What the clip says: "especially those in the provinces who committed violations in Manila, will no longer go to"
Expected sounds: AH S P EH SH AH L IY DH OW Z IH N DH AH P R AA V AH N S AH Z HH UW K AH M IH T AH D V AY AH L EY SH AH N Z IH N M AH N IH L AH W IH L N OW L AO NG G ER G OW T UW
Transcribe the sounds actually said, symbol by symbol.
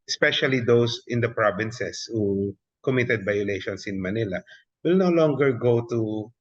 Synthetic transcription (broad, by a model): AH S P EH SH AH L IY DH OW S IH N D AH P R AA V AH N S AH S HH UW K AH M IH T AH D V AY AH L EY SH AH N S IH N M AH N IH L AH W IH L N OW L AO NG G ER G OW T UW